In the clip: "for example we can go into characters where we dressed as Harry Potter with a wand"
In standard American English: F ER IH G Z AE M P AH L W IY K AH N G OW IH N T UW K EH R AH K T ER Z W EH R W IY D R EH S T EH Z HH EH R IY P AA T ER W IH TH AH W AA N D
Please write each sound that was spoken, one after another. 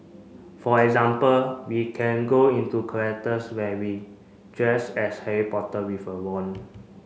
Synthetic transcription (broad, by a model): F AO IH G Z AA M P AH L W IY K AH N G OW IH N T UW K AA AH T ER S W EH W IY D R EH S EH S HH EH R IY P AA T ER W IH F AH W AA N